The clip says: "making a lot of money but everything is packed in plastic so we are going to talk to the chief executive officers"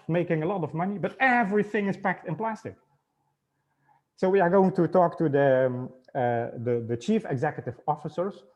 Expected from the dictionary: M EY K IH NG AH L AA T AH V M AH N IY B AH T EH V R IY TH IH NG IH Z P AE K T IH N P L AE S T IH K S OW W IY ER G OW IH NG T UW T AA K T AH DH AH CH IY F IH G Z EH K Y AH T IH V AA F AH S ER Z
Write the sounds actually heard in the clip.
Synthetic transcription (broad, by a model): M EY K IH NG AH L AA T AH V M AH N IY B AH T EH V R IY TH IH NG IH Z P AE K T IH N P L AE S T IH K S OW W IY ER G OW IH NG T UW T AA K T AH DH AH CH IY F IH G Z EH K Y AH T IH V AA F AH S ER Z